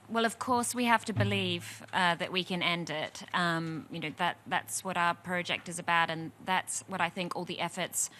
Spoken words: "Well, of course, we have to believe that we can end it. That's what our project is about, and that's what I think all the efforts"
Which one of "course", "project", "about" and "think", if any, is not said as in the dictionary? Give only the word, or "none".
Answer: none